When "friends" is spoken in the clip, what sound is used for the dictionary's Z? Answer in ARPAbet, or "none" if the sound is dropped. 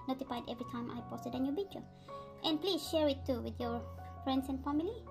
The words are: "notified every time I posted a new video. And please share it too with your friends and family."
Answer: S